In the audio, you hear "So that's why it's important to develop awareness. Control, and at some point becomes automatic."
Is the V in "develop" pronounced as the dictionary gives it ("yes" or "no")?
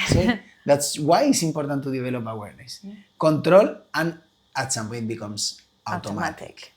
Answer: no